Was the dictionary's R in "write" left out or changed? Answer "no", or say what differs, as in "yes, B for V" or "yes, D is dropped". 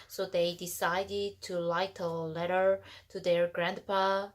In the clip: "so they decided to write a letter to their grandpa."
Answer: yes, L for R